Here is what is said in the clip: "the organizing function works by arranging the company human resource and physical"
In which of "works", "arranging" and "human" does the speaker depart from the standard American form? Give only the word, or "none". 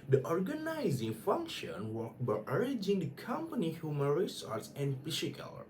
works